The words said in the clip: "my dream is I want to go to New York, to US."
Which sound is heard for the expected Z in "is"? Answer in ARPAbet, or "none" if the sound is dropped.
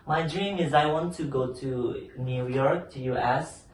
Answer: Z